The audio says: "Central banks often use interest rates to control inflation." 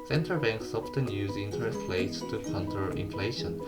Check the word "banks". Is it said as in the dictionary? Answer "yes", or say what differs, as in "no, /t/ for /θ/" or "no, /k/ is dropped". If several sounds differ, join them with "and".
yes